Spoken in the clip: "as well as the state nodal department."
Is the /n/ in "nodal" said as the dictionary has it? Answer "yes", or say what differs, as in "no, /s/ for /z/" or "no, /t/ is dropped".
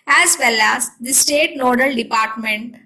no, /l/ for /n/